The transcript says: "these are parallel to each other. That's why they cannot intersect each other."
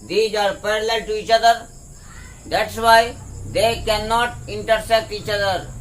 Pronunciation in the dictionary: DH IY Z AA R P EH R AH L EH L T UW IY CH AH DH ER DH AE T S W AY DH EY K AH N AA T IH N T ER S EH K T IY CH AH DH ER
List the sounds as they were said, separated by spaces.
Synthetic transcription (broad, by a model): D IY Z AA R P EH R AH L EH L T UW IY CH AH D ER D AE T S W AY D EY K AH N AA T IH N T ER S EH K T IY CH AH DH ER